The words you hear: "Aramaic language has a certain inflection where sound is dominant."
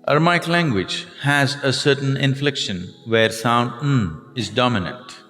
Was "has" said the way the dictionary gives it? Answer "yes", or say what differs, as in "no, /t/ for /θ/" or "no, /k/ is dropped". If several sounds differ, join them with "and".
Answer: yes